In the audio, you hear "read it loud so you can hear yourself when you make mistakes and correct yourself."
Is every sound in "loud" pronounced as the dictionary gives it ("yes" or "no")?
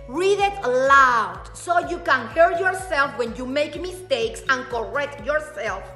yes